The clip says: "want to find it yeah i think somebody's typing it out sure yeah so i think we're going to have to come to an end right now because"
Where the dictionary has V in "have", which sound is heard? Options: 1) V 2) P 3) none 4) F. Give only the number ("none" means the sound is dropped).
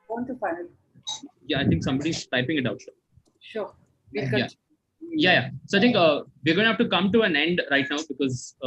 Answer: 4